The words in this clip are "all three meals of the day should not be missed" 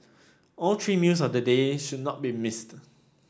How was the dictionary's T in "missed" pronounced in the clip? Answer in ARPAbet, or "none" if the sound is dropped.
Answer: T